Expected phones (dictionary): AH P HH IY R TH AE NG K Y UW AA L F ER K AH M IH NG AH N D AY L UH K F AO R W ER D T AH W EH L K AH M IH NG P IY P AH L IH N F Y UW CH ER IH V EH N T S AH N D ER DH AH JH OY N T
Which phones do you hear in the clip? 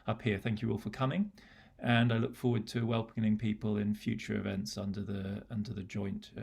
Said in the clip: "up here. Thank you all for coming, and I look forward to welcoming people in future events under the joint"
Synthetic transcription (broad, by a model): AH P HH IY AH TH AE NG K Y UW AA L F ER K AH M IH NG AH N AY L UH K F AO W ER D T AH W EH L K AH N IH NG P IY P AH L IH N F Y UW CH ER IH V EH N T S AH N D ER DH AH JH OY N T